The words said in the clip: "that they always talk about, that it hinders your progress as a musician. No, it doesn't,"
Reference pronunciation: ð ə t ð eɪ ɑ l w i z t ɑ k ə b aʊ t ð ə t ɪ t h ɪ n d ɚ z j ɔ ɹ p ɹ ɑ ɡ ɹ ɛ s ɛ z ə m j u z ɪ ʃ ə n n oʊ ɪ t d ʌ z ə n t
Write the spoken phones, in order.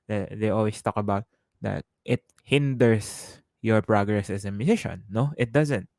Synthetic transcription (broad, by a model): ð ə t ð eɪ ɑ l w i s t ɑ k ə b aʊ t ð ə t ɪ t h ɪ n d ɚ s j ɔ ɹ p ɹ ɑ ɡ ɹ ɛ s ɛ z ə m j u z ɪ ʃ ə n n oʊ ɪ t d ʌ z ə n t